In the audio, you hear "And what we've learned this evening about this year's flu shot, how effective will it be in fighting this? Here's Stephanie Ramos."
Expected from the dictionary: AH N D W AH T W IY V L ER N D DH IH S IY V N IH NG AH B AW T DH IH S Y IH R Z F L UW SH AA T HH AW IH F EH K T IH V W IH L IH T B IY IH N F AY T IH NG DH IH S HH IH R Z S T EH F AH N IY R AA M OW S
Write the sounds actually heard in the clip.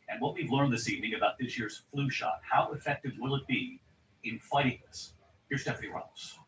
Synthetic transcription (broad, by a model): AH N W AH T W IY V L ER N DH IH S IY V N IH NG AH B AW T DH IH S Y IH R Z F L UW SH AA T HH AW IH F EH K T IH V W IH L IH T B IY IH N F AY T IH NG DH IH S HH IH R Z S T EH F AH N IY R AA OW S